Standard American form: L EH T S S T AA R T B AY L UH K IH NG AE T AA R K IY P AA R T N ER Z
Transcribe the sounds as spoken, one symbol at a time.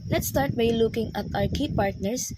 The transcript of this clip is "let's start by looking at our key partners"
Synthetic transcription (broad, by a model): L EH T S S T AA R T B AY L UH K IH NG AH T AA W K IY P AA R T N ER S